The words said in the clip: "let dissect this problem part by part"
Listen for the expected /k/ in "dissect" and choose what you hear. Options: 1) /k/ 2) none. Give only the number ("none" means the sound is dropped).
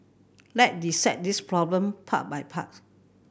2